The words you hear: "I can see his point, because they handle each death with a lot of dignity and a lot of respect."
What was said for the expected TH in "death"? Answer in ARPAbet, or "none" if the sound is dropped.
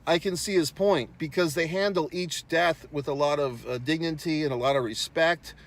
TH